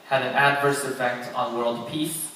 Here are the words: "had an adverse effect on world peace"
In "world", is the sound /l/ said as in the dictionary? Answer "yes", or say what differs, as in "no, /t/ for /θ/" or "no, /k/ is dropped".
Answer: yes